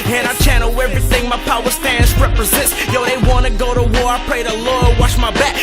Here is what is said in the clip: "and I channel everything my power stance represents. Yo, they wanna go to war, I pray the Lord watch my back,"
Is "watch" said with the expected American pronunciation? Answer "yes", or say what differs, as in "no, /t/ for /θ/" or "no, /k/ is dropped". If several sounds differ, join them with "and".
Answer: no, /ʃ/ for /tʃ/